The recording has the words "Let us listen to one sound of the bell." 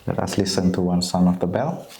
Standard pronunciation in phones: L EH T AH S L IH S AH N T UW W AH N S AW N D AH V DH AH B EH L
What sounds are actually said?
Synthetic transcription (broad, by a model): L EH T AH S L IH S AH N T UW W AH N S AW N AH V DH AH B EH L